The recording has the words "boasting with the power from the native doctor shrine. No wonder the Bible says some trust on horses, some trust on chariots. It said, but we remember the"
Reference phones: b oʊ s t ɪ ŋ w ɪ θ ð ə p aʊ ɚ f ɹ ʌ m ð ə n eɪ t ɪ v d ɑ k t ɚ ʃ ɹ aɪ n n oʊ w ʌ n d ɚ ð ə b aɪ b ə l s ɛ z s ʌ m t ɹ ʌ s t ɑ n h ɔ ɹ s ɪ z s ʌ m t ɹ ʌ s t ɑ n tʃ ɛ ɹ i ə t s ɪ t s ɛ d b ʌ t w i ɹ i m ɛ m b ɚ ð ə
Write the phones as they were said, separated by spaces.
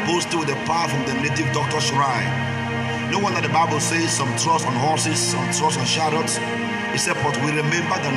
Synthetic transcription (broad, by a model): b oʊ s t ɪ w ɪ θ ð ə p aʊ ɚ f ɹ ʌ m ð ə n eɪ t ɪ v d ɑ k t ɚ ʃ ɹ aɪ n n oʊ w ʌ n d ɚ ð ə b aɪ b ə l s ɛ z s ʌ m t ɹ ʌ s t ɑ n h ɔ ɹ s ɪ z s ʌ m t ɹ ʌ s ɑ n ʃ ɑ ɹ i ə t s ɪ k s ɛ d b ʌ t w i ɹ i m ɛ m b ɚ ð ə